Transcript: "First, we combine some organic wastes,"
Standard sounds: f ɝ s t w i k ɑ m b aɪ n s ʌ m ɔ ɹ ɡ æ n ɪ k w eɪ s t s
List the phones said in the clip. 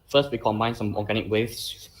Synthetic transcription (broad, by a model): f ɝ s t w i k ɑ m aɪ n s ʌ m ɔ ɡ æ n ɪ k w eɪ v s